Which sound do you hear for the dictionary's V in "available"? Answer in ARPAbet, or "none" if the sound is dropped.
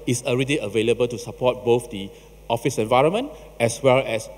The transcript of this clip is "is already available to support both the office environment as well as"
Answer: V